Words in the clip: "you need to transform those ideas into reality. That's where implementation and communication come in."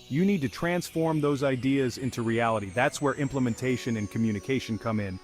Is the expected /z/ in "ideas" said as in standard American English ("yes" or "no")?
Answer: yes